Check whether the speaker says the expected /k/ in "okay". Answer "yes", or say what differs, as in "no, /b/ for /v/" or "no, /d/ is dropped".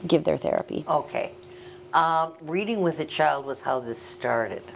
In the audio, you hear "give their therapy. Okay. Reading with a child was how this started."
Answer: yes